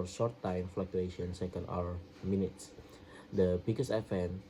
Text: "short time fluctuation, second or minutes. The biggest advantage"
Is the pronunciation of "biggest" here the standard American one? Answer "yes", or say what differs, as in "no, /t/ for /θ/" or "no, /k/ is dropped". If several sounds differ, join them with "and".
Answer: no, /t/ is dropped